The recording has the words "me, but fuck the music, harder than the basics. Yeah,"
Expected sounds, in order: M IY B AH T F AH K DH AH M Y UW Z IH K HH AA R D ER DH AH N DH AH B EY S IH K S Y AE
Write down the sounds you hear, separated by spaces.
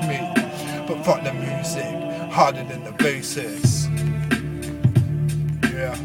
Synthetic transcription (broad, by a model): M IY B AH T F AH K DH AH M Y UW Z IH K HH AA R D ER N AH N DH AH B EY S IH S Y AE